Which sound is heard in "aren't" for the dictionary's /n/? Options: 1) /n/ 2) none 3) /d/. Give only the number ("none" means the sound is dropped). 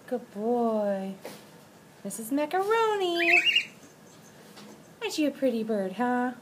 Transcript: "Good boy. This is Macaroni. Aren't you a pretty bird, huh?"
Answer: 2